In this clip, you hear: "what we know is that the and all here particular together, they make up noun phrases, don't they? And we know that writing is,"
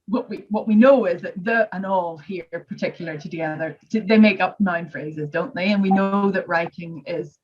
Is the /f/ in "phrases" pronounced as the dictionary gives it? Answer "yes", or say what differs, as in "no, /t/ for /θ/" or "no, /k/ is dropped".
yes